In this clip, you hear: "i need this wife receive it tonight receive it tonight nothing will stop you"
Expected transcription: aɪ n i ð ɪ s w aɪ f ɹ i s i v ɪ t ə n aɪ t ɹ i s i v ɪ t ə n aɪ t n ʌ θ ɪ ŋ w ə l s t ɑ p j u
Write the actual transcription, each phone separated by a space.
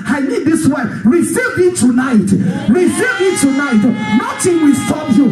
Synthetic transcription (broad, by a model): aɪ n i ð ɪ s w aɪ ɹ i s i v ɪ t ə n aɪ t ɹ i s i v ɪ t ə n aɪ t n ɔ t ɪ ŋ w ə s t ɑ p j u